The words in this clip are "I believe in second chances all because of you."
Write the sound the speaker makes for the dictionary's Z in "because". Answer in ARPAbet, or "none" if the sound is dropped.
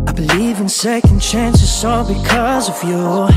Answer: Z